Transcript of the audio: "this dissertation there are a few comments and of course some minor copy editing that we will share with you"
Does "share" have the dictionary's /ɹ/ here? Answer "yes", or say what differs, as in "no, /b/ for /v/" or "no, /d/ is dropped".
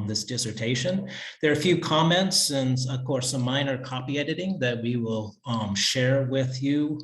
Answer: yes